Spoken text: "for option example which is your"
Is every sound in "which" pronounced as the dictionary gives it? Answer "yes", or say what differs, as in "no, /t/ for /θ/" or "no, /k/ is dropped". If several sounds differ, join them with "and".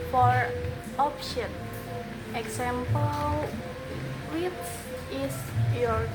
no, /s/ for /tʃ/